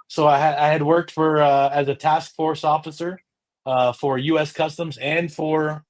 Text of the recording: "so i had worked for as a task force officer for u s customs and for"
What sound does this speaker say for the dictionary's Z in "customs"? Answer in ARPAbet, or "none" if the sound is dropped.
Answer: Z